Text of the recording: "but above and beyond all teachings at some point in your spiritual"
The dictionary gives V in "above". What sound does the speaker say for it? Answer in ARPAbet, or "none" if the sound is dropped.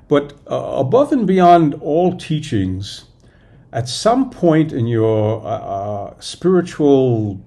V